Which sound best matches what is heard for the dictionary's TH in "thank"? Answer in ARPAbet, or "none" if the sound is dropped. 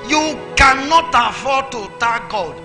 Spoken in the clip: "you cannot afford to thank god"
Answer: T